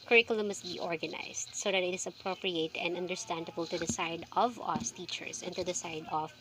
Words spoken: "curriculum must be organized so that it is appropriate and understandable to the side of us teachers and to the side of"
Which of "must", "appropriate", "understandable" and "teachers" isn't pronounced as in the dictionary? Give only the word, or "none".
teachers